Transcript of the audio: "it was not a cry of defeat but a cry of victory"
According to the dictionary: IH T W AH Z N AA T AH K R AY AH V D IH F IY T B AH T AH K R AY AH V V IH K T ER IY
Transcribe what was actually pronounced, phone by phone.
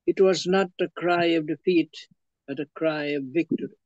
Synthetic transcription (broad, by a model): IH T W AH Z N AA T AH K R AY AH V D IH F IY T B AH T AH K R AY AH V V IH K T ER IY